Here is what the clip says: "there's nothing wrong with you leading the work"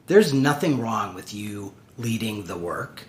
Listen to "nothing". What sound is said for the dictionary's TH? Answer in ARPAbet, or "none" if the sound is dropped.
TH